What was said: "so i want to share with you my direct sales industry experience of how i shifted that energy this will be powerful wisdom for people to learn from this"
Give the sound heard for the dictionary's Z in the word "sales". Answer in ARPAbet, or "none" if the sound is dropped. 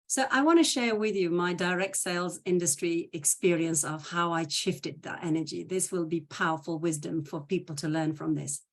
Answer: Z